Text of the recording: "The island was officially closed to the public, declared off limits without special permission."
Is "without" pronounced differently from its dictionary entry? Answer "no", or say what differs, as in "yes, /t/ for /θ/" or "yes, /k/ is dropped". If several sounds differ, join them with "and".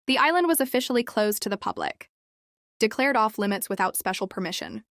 no